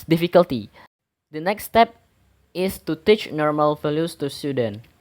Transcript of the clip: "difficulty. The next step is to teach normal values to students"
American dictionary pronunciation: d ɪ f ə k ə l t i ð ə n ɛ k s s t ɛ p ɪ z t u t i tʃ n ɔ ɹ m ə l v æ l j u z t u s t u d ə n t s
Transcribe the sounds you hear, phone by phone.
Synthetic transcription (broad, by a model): d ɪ f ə k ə l t i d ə n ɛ k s s t ɛ p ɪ s t u t i tʃ n ɔ ɹ m ə l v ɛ l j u s t u s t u d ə n